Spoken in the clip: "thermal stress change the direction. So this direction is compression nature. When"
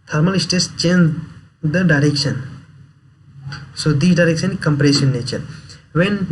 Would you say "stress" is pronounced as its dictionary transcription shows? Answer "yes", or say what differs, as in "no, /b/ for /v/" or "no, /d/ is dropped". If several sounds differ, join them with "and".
no, /ɹ/ is dropped